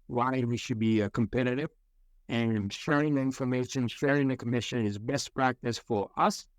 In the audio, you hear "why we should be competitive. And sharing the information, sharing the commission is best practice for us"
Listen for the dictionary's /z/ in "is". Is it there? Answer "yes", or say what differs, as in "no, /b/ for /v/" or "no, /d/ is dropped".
yes